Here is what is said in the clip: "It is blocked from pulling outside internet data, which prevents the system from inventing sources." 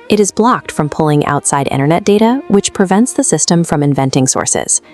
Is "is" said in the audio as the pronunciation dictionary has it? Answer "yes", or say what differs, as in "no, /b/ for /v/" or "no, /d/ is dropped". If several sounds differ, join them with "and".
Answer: yes